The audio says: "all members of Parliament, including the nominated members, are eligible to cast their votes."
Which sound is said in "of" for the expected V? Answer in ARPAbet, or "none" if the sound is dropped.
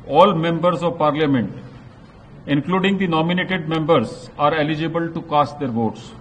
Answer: V